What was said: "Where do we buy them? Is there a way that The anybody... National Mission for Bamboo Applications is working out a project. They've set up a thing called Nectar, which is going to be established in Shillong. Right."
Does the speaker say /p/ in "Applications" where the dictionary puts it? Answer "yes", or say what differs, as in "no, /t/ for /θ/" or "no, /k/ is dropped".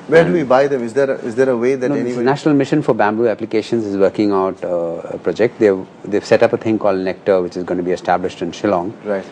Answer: yes